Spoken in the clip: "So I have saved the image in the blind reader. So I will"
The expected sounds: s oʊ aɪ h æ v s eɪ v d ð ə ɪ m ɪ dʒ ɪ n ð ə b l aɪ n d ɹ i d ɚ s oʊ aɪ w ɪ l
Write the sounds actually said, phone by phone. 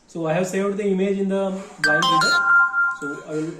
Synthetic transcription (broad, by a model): s oʊ aɪ h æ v s eɪ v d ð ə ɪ m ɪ dʒ ɪ n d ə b aɪ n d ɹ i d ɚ s oʊ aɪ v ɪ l